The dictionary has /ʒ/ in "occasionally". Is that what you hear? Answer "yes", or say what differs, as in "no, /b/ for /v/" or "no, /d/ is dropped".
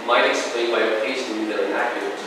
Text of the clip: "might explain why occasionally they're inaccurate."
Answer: no, /s/ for /ʒ/